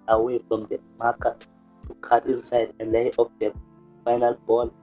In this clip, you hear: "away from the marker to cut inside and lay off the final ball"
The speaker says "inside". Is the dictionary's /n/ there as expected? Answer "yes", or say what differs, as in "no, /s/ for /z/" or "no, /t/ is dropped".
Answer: yes